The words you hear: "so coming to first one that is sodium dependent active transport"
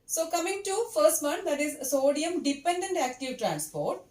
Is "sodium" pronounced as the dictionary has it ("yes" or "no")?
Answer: yes